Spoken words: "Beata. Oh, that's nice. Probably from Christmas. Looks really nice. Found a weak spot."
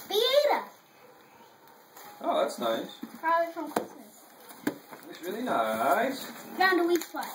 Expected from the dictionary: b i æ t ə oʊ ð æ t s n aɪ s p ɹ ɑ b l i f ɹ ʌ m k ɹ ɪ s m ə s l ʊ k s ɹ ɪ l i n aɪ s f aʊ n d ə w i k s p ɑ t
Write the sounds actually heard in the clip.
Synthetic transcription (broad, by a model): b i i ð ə oʊ ð æ t s n aɪ s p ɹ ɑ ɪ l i f ɹ ʌ m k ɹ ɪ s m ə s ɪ s ɹ ɪ l i n aɪ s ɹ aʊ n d ə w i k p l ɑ